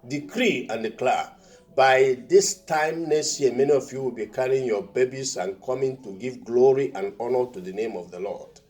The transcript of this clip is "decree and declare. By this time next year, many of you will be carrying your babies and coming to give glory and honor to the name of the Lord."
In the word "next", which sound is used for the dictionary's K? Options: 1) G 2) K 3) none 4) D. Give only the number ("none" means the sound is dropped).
3